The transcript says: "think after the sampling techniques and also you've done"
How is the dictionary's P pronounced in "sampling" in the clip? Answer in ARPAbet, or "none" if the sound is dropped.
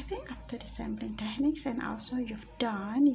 B